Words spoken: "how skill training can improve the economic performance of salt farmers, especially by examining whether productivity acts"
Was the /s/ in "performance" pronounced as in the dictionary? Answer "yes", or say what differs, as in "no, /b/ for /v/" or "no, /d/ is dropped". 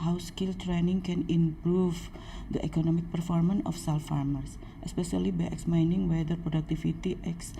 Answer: no, /s/ is dropped